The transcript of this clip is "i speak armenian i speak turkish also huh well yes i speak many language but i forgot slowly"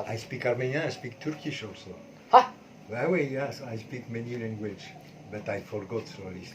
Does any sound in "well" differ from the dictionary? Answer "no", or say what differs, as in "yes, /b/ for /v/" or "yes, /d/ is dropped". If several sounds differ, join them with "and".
yes, /w/ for /l/